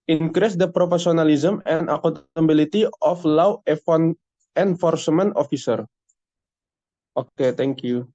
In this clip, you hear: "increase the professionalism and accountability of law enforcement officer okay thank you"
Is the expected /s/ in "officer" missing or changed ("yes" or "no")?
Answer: no